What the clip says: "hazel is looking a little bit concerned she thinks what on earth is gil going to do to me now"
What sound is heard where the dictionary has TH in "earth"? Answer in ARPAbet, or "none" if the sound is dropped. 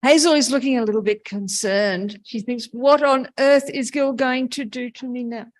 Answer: TH